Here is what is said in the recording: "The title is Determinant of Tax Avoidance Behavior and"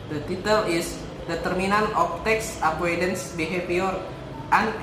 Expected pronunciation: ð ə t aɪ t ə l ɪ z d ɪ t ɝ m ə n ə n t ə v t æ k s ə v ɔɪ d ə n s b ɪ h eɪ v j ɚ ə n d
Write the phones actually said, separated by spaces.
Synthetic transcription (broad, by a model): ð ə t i t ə l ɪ s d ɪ t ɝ m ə n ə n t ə f t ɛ k s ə p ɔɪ d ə n s b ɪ h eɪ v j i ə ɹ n